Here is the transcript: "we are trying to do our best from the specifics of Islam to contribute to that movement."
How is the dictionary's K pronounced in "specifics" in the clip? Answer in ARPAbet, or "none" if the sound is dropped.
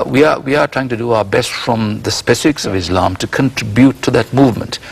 K